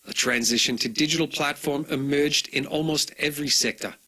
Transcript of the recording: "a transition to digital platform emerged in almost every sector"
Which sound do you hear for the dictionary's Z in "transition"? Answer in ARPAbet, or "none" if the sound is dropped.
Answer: Z